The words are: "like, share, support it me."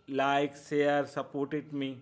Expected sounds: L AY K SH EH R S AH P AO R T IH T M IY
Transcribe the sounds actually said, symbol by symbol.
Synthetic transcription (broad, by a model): L AY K S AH R S AH P AO R T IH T M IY